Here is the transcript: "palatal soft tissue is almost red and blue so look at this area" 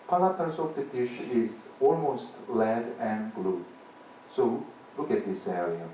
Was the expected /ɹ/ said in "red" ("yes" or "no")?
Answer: no